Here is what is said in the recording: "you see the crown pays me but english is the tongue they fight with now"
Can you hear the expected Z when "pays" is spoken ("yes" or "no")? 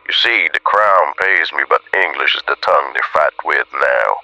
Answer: yes